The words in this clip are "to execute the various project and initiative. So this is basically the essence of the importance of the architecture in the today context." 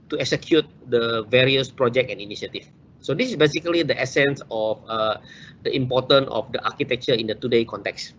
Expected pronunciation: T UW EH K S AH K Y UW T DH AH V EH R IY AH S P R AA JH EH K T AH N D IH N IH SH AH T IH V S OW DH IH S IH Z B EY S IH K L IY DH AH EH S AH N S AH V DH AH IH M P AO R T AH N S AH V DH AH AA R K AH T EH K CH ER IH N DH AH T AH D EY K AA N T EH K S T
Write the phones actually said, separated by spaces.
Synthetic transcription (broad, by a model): T UW EH K S AH K Y UW T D AH V EH R IY AH S P R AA JH EH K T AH N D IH N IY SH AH T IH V S OW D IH S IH S B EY S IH K L IY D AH EH S AH N S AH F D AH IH M P AO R T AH N AH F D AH AA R K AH T EH K CH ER IH N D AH T AH D EY K AA N T EH K S